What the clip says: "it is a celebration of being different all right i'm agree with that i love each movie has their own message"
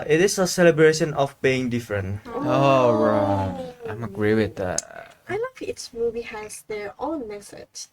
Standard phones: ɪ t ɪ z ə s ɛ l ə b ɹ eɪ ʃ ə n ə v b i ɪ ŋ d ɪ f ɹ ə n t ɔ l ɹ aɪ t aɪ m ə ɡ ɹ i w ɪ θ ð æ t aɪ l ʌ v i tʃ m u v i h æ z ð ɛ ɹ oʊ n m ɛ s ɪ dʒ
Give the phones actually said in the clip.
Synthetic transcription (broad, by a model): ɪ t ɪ s ə s ɛ l ə b ɹ eɪ ʃ ə n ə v b i ɪ ŋ d ɪ f ɹ ə n t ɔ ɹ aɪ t aɪ m ə ɡ ɹ i w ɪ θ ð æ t aɪ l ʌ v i s m u v i h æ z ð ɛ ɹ oʊ n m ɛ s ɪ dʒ